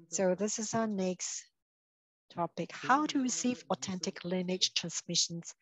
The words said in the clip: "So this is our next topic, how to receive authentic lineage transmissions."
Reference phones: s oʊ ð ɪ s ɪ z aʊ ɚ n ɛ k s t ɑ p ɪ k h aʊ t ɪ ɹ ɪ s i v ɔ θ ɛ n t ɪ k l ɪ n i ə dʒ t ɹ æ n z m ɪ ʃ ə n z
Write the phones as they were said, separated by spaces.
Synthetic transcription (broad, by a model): s oʊ ð ɪ s ɪ z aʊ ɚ n ɛ k s t ɑ p ɪ k h aʊ t ɪ ɹ ɪ s i v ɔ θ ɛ n t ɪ k l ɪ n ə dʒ t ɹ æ n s m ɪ ʃ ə n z